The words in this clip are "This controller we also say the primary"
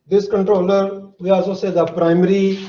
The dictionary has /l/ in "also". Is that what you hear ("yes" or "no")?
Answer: no